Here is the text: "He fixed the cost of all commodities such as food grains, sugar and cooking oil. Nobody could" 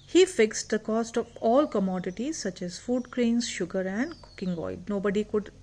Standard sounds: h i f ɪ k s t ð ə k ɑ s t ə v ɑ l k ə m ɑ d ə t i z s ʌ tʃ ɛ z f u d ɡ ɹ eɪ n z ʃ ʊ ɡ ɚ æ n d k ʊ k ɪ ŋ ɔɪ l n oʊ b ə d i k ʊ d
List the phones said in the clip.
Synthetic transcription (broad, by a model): h i f ɪ k s t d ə k ɑ s t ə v ɑ l k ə m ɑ d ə t i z s ʌ tʃ ɛ z f u d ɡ ɹ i n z ʃ ʊ ɡ ɚ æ n d k ʊ k ɪ ŋ ɔɪ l n oʊ b ə d i k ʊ d